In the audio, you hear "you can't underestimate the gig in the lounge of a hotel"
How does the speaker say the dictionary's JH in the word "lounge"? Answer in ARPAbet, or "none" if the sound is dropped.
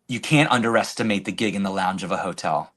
JH